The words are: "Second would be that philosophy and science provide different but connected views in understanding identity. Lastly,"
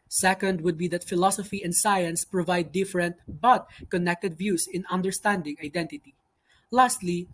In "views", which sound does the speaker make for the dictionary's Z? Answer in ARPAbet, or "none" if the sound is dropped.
S